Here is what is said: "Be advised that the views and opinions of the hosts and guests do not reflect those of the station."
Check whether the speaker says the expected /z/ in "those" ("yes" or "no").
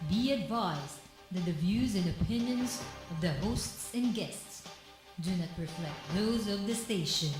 yes